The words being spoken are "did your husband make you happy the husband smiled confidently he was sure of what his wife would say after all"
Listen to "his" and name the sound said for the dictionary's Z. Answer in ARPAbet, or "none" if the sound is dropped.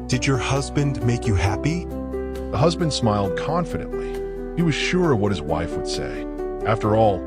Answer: Z